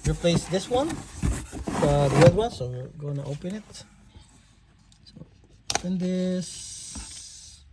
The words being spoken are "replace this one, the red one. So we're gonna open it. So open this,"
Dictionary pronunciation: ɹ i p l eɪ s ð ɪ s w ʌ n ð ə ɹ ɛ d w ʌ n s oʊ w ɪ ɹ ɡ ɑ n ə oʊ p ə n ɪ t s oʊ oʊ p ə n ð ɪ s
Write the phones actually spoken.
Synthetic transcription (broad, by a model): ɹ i p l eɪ s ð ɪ s w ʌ n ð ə w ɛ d w ʌ n s oʊ w ɪ ɹ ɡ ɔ ə oʊ p ə n ɪ t s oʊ oʊ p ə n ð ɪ s